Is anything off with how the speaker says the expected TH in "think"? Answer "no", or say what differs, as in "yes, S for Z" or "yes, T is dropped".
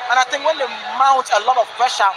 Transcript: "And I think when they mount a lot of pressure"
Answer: yes, T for TH